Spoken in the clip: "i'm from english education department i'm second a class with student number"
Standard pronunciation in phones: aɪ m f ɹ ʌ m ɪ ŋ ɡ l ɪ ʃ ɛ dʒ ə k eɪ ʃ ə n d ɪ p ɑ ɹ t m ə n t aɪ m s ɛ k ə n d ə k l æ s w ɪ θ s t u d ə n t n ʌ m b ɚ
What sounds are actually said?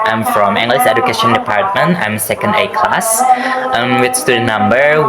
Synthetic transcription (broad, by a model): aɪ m f ɹ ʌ m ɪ ŋ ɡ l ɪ s ɛ dʒ ə k eɪ ʃ ə n d ɪ p ɑ ɹ t m ə n t aɪ m s ɛ k ə n d ə k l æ s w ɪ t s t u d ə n n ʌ m b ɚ